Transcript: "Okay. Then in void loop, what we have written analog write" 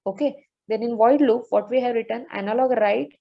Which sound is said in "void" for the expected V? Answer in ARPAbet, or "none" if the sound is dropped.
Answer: V